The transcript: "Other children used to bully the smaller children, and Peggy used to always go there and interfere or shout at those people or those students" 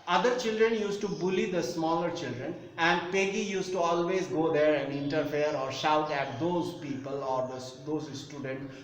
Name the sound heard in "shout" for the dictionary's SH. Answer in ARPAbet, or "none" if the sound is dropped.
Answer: SH